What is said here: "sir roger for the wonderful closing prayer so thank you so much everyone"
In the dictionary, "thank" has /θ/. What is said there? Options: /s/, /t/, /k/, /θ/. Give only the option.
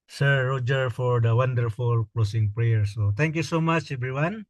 /t/